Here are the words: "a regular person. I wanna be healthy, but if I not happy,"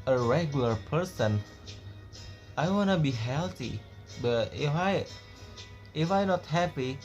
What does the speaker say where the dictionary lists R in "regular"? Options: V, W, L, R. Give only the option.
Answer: R